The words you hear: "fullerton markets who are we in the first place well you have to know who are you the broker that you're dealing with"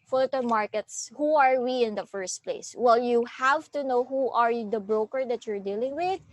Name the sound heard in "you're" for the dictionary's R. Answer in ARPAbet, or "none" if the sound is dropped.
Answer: R